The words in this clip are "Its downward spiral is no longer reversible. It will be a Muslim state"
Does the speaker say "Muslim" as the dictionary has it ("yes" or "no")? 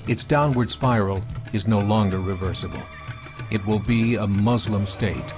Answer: yes